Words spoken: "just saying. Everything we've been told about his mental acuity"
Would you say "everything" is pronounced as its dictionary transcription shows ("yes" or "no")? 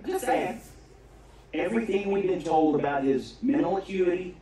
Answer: yes